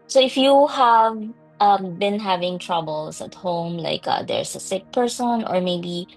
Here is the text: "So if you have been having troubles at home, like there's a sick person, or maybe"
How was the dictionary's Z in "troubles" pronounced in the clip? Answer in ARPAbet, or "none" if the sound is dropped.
S